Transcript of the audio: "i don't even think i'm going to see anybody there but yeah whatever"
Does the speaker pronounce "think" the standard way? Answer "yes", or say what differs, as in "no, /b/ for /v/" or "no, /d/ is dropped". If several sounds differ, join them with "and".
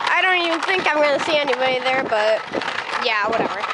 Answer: yes